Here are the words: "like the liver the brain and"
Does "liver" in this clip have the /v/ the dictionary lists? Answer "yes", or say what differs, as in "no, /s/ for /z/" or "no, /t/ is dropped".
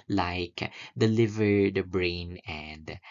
yes